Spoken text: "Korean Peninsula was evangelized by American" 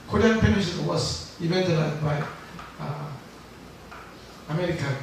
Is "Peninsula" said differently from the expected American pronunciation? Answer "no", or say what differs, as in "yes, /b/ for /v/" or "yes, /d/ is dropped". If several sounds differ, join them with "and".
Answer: yes, /n/ is dropped and /l/ is dropped